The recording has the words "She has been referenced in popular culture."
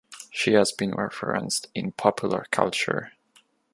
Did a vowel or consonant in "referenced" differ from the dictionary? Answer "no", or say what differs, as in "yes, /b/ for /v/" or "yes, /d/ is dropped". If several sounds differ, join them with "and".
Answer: no